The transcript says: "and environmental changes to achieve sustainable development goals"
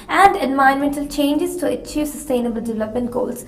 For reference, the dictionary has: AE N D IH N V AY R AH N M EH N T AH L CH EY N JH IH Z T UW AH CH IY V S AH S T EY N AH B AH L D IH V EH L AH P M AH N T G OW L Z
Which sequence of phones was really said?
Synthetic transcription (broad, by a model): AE N D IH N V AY AH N M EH N T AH L CH EY N JH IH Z T UW AH CH IY V S AH S T EY N AH B AH L D IH V EH L AH P M AH N T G OW L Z